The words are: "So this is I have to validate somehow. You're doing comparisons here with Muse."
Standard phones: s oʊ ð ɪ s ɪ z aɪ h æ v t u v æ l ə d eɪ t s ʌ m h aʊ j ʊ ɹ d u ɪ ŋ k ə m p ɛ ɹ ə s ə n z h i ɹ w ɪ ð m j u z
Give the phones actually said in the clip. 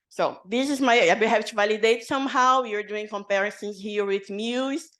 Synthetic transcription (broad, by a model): s oʊ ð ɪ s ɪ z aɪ h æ p t u v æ l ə d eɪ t s ʌ m h aʊ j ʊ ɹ d u ɪ ŋ k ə m p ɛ ɹ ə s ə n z h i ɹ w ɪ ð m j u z